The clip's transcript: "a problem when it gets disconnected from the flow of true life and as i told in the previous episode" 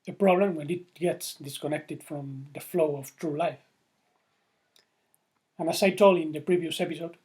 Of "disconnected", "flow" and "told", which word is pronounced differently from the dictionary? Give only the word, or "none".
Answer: told